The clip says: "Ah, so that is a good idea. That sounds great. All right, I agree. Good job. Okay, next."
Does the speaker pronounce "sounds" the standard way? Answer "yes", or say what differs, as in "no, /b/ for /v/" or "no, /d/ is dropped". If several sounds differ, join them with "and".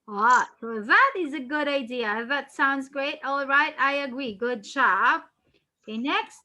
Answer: yes